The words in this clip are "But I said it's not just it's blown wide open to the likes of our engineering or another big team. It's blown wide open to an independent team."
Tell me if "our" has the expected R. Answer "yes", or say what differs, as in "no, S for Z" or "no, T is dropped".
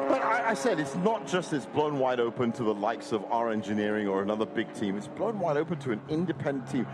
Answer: yes